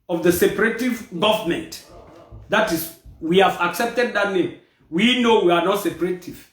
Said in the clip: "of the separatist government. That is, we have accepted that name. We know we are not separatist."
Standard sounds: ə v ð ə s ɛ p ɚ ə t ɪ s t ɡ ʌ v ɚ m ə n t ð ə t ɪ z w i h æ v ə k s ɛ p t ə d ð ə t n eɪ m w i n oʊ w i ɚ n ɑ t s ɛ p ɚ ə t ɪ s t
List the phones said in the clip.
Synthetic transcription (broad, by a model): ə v ð ə s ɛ p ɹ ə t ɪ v ɡ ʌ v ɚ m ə n t ð ə t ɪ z w i h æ v ə k s ɛ p t ə d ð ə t n eɪ m w i n oʊ w i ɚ n ɑ t s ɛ p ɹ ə t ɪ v